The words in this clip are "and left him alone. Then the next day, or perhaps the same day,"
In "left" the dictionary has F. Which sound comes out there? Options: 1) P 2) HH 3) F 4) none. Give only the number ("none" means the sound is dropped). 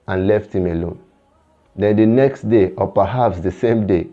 3